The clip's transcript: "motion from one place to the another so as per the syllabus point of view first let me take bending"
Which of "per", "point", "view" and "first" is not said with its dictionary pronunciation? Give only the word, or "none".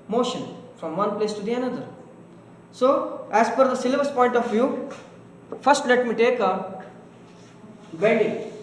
per